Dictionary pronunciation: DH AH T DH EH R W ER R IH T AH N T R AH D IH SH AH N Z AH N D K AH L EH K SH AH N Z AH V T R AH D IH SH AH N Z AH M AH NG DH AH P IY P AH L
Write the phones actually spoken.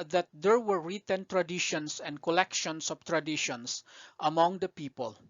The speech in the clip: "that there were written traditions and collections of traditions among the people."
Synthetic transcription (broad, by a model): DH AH T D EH R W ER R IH T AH N T R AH D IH SH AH N S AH N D K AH L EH K SH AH N S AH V T R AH D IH SH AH N S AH M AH NG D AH P IY P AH L